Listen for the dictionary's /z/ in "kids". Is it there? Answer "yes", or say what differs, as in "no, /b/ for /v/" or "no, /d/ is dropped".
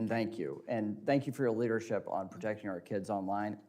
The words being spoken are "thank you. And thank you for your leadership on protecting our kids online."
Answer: yes